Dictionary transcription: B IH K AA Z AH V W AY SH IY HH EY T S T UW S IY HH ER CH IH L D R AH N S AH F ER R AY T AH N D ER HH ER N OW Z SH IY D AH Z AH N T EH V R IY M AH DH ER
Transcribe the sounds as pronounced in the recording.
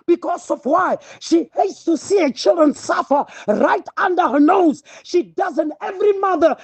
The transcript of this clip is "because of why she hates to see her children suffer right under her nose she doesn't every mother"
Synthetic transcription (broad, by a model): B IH K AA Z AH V W AY SH IY HH EY T S T UW S IY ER CH IH L D R AH N S AH F ER R AY T AH N D ER HH ER N OW Z SH IY D AH Z AH N T EH V R IY M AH DH ER